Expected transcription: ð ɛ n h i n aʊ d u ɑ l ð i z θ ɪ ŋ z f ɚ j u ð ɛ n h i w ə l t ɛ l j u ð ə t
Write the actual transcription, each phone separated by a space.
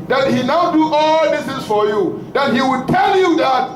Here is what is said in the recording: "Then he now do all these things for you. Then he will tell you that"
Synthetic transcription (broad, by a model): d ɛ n h i n aʊ d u ɑ l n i θ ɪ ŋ s f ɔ j u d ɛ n h i w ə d t ɛ l j u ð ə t